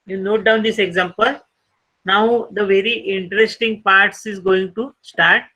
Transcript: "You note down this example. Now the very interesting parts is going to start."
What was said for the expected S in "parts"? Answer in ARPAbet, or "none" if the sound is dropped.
S